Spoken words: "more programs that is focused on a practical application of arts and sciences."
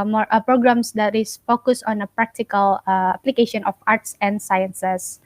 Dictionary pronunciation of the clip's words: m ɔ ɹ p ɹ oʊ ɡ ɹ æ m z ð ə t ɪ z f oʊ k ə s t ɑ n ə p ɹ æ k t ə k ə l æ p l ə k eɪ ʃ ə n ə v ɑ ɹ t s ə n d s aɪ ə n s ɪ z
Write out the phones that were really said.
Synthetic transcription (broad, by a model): m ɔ p ɹ oʊ ɡ ɹ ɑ m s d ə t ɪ s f oʊ k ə s ɑ n ə p ɹ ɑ k t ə k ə l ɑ p l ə k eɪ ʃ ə n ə f ɑ ɹ t s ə n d s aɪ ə n s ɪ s